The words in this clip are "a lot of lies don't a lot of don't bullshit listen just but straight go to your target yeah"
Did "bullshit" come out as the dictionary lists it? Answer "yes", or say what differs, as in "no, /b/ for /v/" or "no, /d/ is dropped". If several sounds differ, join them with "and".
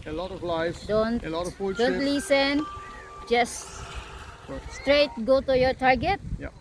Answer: no, /ʃ/ is dropped